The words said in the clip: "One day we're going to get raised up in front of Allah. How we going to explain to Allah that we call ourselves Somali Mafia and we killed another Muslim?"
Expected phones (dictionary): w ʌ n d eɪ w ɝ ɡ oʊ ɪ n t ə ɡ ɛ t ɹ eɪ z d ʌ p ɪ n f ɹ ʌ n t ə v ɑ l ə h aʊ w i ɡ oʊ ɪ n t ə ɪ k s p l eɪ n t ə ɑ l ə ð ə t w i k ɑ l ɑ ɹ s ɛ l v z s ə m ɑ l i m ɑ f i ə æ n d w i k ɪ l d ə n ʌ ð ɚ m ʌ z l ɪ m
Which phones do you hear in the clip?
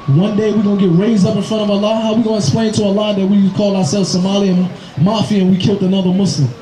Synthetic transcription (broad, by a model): w ʌ n d eɪ w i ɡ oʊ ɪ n ɡ ɛ t ɹ eɪ z d ʌ p ɪ n f ɹ ʌ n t ə v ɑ l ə h aʊ w i ɡ oʊ ɪ n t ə ɪ k s p l eɪ n t ə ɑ l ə ð ə t w i k ɑ l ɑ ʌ s ɛ l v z s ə m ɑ l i m ɑ f i ə n w i k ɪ l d ə n ʌ ð ɚ m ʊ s l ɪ m